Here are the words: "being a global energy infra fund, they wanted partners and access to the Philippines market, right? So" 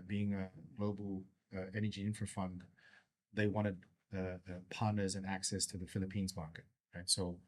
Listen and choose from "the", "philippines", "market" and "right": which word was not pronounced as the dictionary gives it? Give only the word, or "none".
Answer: none